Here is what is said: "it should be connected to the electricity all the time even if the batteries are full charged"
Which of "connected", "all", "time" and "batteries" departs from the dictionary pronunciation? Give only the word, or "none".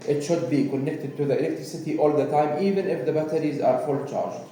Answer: none